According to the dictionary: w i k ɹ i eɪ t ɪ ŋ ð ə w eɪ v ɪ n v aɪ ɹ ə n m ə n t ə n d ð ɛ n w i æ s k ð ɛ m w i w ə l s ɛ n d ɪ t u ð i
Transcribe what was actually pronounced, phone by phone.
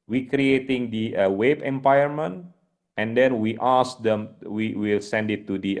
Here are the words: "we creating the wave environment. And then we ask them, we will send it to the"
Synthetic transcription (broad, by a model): w i k ɹ i eɪ t ɪ ŋ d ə w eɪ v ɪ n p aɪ ə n m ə n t ə n d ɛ n w i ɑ s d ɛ m w i w ə l s ɛ n d ɪ t u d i